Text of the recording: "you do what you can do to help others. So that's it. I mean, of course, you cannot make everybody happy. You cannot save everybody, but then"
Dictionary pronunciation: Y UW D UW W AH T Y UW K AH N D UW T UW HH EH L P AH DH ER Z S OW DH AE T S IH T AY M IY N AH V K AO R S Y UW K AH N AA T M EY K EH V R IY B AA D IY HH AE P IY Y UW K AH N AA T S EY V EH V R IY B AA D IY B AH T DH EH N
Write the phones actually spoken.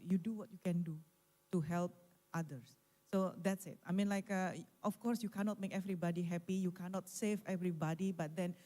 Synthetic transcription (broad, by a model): Y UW D UW W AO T Y UW K AH N D UW T UW HH EH L P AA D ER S S OW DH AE T S IH T AY M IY N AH F K AO R S Y UW K AH N AA T M EY K EH V R IY B AA D IY HH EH P IY Y UW K AH N AA T S EY V EH V R IY B AA D IY B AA T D EH N